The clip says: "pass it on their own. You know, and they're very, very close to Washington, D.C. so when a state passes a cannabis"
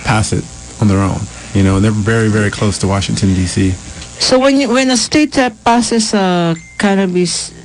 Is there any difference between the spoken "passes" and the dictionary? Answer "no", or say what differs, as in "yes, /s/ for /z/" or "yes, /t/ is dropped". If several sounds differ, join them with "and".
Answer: yes, /s/ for /z/